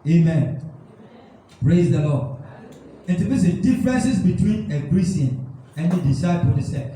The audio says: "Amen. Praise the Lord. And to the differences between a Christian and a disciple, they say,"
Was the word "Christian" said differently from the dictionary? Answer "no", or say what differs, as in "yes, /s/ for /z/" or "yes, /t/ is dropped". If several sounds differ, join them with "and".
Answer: yes, /tʃ/ is dropped